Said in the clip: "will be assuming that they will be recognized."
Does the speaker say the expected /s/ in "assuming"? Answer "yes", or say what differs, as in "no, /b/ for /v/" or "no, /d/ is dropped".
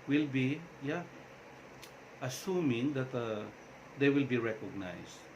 yes